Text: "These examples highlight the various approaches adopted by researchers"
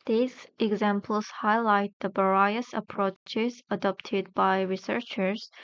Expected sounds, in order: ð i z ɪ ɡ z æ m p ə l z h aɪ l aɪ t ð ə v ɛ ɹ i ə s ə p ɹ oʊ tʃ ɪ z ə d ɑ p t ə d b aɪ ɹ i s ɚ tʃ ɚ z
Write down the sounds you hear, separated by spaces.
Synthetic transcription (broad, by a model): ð i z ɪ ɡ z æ m p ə l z h aɪ l aɪ t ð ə b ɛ ɹ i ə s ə p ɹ oʊ tʃ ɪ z ə d ɑ p t ə d b aɪ ɹ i s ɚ tʃ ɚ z